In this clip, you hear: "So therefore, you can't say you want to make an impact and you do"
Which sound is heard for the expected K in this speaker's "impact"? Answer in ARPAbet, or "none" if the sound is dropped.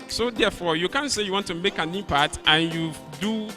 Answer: none